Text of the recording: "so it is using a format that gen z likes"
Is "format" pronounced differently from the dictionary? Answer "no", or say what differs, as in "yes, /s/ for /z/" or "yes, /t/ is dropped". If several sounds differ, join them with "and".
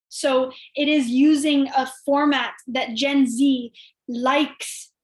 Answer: no